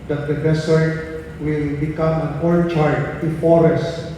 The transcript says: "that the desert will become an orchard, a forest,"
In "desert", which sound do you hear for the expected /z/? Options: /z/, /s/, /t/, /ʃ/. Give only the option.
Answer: /s/